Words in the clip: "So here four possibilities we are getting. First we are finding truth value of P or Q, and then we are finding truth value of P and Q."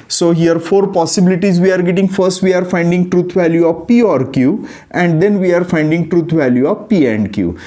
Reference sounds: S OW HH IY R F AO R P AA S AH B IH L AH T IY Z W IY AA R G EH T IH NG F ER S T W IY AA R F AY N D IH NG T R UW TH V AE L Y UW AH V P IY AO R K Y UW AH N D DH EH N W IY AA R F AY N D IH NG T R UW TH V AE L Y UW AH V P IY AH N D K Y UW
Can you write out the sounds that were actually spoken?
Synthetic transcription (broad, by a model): S OW HH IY R F AO R P AA S AH B IH L AH T IY Z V IY AA R G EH T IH NG F ER S T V IY AA R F AY N D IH NG T R UW T V AE L Y UW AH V P IY AO R K Y UW AH N D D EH N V IY AA R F AY N D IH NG T R UW T V AE L Y UW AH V P IY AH N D K Y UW